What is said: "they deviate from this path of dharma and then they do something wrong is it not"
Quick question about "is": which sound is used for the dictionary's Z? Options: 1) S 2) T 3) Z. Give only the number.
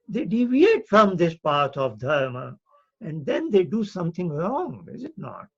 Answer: 3